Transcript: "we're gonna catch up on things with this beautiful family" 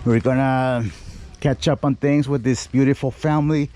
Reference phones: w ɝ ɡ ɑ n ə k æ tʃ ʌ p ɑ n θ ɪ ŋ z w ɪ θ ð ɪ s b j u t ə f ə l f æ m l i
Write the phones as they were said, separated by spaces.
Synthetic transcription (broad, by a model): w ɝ ɡ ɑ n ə k æ tʃ ʌ p n θ ɪ ŋ z w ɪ ð ɪ s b j u t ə f l f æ m l i